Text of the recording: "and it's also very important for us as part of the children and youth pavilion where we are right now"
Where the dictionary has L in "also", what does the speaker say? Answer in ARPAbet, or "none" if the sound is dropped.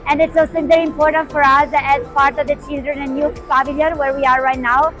none